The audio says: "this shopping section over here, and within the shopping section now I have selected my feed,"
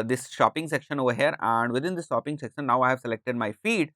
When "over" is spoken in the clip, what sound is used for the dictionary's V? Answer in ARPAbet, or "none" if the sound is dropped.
V